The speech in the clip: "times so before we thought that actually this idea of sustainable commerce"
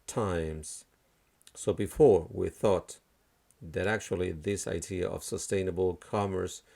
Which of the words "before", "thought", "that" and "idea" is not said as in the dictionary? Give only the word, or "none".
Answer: none